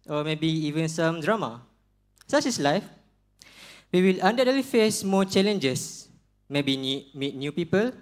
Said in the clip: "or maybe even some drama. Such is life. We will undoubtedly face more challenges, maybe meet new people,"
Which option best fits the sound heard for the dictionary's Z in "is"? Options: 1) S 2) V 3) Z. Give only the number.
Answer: 1